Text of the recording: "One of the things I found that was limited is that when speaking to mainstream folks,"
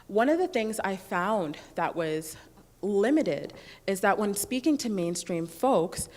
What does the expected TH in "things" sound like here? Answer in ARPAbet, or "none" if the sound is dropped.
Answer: TH